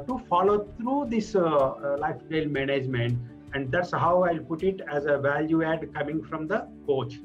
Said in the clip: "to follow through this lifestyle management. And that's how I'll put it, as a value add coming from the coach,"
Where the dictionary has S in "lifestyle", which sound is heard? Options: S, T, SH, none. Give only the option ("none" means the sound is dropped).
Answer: none